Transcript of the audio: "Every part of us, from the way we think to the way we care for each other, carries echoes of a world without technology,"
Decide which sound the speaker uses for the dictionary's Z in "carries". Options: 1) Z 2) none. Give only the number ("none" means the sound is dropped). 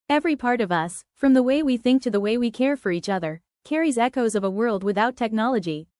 1